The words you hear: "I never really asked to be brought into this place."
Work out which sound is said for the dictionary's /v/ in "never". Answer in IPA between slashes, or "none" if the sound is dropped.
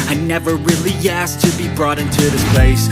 /v/